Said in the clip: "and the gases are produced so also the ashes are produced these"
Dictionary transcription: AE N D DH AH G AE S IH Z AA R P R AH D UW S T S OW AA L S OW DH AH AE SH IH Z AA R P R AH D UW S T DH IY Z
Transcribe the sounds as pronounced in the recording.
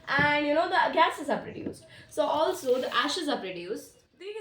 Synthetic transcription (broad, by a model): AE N D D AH G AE S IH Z AA R P R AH D UW S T S OW AA L S OW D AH AE SH IH Z AA R P R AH D UW S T